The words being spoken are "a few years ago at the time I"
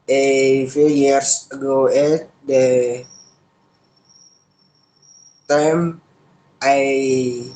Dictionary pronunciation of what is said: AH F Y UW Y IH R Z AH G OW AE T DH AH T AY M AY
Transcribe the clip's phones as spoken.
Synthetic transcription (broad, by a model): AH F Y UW Y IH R S AH G OW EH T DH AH T AY M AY